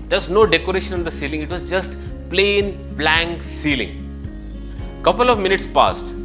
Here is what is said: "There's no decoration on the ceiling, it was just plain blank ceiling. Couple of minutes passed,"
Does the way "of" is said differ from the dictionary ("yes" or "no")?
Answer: no